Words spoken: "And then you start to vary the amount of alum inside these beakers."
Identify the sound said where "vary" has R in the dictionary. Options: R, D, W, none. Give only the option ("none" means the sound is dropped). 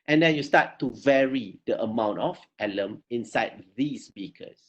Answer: R